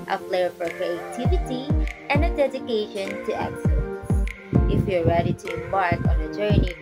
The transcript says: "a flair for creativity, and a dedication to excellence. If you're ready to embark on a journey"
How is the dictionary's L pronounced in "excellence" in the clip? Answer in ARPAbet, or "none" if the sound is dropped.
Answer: none